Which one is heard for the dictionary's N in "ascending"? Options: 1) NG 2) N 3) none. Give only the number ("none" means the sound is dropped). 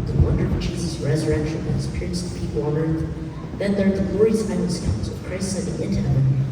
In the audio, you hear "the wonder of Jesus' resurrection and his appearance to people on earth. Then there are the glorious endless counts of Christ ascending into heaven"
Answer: 3